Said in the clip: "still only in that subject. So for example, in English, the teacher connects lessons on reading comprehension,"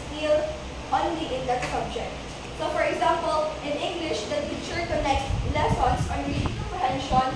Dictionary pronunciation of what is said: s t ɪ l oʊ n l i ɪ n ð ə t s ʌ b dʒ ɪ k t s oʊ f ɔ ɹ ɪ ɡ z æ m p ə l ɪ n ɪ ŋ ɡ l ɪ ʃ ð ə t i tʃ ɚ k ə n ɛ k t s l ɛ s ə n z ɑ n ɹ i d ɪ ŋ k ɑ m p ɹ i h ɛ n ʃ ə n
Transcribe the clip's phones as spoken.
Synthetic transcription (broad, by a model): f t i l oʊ n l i ɪ n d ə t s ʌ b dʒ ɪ k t s oʊ f ɔ ɹ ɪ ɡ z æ m p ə l ɪ n ɪ ŋ ɡ l ɪ ʃ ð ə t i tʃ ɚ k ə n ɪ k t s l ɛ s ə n s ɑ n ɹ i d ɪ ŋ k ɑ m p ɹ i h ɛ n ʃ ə n